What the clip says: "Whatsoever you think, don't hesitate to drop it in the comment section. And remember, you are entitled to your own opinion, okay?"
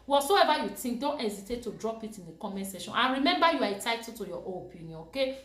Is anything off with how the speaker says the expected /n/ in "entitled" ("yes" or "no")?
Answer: yes